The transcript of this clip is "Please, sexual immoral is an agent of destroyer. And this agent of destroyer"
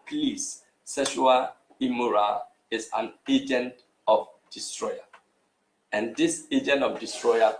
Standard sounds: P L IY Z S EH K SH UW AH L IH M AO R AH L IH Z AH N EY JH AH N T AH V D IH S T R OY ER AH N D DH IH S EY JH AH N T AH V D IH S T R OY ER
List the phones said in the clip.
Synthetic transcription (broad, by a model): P L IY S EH SH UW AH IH M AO R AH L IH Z AH N EY JH AH N T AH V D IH S T R OY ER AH N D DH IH S EY JH AH N T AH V D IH S T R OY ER